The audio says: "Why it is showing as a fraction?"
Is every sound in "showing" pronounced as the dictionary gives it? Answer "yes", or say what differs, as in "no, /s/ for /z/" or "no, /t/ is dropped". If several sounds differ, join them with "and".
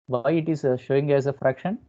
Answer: yes